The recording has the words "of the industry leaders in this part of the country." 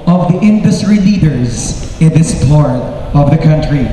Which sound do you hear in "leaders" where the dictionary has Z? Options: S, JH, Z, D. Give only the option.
Z